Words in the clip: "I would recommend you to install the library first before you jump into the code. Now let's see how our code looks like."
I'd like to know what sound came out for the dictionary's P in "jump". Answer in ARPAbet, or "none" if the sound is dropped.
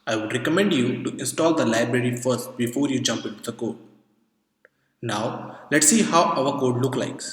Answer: P